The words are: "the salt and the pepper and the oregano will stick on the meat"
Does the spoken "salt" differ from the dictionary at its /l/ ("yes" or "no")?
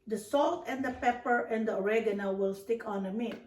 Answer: no